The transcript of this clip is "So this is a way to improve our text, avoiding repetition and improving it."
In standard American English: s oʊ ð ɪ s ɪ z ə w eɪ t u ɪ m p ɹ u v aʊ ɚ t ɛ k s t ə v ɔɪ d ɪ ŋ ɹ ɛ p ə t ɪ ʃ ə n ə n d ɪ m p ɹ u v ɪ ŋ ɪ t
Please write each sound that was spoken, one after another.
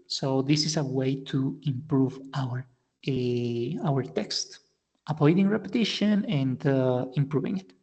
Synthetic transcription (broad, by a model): s oʊ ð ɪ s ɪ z ə w eɪ t u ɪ m p ɹ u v aʊ ɚ t ɛ k s t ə p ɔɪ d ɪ ŋ ɹ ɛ p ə t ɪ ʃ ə n ə n d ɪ m p ɹ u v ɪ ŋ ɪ t